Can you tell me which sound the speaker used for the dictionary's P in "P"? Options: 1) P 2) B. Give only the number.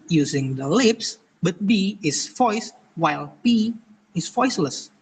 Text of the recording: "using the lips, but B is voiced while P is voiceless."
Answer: 2